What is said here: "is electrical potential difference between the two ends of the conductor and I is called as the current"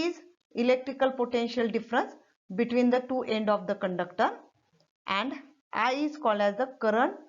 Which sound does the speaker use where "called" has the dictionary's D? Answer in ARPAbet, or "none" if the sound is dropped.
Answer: D